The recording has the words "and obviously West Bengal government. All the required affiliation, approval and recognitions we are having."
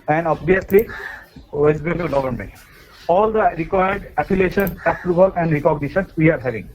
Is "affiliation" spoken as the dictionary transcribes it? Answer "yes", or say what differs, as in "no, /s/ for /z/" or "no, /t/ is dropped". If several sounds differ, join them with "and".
no, /p/ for /f/